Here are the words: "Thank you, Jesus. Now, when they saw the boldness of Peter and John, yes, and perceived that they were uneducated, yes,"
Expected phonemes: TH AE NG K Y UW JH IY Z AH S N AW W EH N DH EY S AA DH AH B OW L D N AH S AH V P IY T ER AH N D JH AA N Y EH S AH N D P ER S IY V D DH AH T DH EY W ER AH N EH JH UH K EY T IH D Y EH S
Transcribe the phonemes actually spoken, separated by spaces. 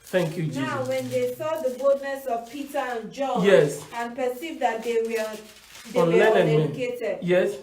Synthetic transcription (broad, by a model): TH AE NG K Y UW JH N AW W EH N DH EY S AA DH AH B OW L D N AH S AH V P IY T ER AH N JH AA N Y EH S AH N P ER S IY V D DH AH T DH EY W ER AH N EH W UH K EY T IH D Y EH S